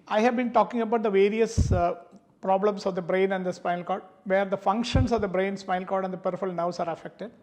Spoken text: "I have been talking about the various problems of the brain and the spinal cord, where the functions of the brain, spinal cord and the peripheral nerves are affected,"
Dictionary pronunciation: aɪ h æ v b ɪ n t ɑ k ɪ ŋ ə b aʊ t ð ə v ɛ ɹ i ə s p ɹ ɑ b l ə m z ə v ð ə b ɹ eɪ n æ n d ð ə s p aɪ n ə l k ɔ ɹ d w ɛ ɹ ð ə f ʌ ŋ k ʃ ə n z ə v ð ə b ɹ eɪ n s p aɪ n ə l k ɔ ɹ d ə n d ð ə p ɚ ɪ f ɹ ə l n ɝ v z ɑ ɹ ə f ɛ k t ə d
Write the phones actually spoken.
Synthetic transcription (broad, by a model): aɪ h æ v b ɪ n t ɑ k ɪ ŋ ə b aʊ t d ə v ɛ ɹ i ə s p ɹ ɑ b l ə m s ə v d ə b ɹ eɪ n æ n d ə s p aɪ ə l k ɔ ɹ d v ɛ ɹ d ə f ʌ ŋ k ʃ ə n s ə v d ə b ɹ eɪ n s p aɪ ə l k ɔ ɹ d ə n d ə p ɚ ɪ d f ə l n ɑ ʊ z ɑ ɹ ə f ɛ k t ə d